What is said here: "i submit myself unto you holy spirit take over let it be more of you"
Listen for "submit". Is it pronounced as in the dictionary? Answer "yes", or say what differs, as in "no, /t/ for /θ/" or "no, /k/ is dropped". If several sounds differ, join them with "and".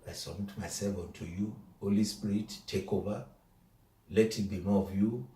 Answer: no, /b/ is dropped